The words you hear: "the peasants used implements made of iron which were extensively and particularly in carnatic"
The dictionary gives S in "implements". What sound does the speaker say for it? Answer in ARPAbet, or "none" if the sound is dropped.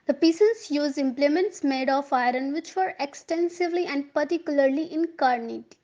S